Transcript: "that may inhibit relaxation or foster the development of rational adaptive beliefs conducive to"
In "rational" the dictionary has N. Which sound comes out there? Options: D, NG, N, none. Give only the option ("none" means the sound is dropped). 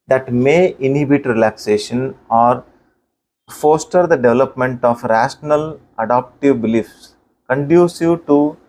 N